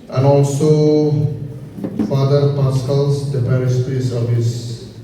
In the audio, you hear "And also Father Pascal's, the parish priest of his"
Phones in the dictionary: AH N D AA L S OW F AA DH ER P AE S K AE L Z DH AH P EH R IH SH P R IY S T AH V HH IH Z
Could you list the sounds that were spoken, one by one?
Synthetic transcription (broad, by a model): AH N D AA L S OW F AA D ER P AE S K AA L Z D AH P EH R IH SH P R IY S AH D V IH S